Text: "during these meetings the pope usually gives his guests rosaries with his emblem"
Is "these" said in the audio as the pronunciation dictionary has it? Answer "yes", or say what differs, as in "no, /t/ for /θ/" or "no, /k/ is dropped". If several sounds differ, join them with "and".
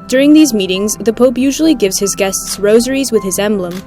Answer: yes